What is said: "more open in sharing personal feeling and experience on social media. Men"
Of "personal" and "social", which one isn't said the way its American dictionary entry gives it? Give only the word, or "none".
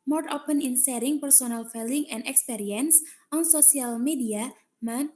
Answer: social